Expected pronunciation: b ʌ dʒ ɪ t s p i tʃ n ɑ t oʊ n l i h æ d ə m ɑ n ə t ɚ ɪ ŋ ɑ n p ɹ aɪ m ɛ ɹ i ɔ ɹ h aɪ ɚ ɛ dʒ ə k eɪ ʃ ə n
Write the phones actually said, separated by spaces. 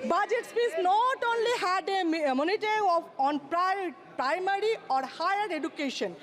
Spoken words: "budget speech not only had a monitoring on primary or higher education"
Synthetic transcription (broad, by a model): b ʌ dʒ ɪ t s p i s n ɑ t oʊ n l i h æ d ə m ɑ n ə t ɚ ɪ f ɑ n p ɹ aɪ m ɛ ɹ i ɔ ɹ h aɪ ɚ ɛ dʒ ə k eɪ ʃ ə n